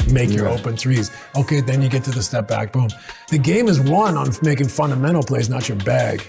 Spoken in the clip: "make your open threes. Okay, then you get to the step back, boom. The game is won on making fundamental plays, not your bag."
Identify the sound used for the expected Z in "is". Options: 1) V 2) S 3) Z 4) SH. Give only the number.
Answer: 3